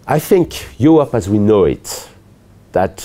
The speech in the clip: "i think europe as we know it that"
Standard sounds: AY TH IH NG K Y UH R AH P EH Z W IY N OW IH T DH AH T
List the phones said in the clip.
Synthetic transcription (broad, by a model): AY TH IH NG K Y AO AH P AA Z W IY N OW IH T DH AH T